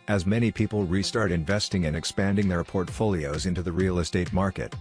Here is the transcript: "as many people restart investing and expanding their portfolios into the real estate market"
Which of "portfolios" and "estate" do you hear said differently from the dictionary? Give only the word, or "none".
none